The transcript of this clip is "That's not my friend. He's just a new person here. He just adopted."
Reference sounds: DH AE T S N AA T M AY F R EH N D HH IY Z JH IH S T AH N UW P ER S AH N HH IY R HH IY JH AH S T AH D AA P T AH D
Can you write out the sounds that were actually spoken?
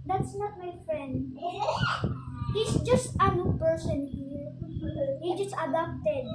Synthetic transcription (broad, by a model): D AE T S N AA T M AY F R EH N D HH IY S JH IH S T AH N UW P ER S AH N HH IY R HH IY JH AH S T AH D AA P T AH D